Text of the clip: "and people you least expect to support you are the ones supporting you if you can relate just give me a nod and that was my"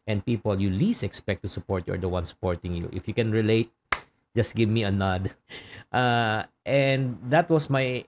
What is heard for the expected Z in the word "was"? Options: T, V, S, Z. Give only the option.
S